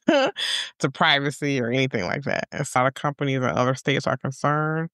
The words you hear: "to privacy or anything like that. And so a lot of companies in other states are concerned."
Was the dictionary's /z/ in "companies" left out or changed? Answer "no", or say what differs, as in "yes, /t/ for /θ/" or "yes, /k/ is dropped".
no